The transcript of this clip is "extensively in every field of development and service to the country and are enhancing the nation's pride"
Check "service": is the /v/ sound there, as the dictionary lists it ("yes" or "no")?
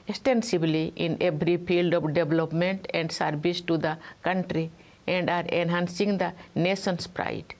no